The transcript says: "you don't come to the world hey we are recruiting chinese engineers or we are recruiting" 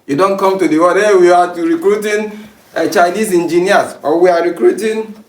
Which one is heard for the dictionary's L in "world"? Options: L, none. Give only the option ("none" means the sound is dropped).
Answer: none